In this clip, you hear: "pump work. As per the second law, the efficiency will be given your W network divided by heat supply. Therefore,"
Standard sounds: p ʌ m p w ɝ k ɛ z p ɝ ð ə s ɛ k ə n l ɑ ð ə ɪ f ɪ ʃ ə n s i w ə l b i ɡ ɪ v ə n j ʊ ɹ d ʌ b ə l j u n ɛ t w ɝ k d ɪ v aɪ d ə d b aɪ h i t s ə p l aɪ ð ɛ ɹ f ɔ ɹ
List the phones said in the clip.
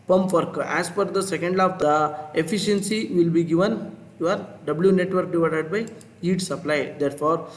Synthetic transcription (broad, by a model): p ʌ m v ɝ k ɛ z f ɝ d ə s ɛ k ə n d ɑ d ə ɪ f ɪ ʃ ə n s i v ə l b i ɡ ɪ v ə n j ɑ ɹ d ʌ b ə l j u n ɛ t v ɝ k d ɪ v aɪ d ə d b aɪ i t s ə p l aɪ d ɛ ɹ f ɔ ɹ